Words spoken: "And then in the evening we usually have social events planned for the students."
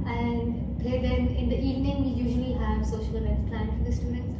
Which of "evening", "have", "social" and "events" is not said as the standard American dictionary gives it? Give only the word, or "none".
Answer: events